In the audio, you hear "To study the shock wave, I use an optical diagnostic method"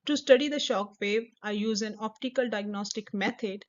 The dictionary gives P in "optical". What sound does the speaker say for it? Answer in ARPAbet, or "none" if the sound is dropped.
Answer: P